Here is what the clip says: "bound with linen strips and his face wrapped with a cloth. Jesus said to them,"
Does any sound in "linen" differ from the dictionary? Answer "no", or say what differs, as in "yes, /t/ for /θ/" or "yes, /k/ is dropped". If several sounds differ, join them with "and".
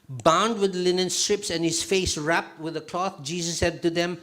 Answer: no